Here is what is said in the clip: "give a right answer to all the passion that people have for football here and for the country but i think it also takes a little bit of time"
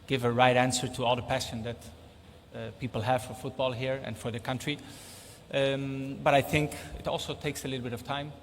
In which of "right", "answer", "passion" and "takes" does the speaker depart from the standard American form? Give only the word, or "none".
none